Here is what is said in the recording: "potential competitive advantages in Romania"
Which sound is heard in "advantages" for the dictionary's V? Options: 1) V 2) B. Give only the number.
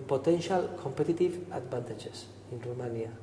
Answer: 2